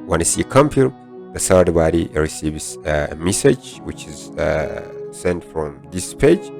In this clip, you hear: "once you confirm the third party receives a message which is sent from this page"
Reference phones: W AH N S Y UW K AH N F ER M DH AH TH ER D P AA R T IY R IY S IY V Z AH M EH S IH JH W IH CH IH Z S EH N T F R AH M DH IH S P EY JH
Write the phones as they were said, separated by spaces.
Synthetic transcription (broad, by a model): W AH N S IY K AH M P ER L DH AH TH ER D B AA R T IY R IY S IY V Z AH M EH S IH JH W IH CH IH Z S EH N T F R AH M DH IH S P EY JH